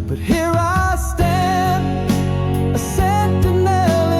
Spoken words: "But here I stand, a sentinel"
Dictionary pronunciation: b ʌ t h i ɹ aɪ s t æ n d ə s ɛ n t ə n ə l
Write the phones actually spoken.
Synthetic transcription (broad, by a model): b ʌ t h i ɹ aɪ s t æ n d ə s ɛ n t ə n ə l